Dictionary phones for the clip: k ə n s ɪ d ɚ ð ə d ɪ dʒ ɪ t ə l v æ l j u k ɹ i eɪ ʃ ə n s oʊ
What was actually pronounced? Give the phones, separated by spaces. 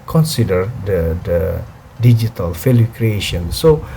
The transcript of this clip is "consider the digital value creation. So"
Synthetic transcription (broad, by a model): k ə n s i d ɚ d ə d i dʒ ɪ t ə l f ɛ l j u k ɹ i eɪ ʃ ə n s oʊ